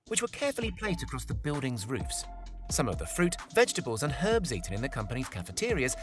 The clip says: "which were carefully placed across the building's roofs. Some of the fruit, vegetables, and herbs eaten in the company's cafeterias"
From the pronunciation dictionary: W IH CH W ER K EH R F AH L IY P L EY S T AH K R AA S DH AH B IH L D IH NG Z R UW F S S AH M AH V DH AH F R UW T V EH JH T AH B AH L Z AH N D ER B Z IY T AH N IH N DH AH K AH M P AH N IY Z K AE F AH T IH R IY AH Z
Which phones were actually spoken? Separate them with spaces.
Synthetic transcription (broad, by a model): W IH CH W ER K EH R F AH L IY P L EY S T AH K R AA S DH AH B IH L D IH NG Z R UW F S S AH M AH V DH AH F R UW T V EH JH T AH B AH L Z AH N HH ER B Z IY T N IH N DH AH K AH M P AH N IY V K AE F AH T IH R IY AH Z